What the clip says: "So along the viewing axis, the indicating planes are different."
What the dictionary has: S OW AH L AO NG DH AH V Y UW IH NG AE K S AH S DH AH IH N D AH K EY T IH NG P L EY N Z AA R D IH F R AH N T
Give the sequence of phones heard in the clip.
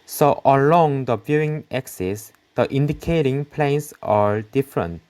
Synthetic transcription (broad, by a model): S OW AH L AO NG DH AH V Y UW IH NG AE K S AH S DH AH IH N D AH K EY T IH NG P L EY N S AA R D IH F R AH N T